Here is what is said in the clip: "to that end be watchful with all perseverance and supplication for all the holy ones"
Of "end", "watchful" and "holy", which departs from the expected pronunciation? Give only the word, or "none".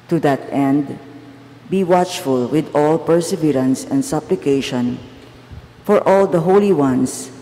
none